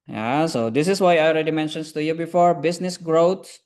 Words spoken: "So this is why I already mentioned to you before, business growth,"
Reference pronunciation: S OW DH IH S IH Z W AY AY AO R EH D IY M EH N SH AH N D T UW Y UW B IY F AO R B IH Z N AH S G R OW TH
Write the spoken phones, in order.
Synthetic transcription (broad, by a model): S OW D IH S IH S W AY AY AO R EH D IY M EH N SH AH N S T UW Y UW B IY F AO R B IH S N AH S G R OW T